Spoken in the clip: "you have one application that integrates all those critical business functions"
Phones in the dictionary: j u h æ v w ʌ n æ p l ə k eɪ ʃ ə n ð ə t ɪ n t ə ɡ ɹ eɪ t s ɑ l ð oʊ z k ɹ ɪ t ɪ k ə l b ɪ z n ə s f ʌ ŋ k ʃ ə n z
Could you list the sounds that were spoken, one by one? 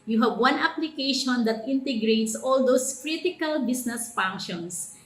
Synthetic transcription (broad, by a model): j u h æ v w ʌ n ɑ p l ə k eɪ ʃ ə n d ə t ɪ n t ə ɡ ɹ eɪ t s ɑ l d oʊ s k ɹ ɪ t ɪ k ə l b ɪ s n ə s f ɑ ŋ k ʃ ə n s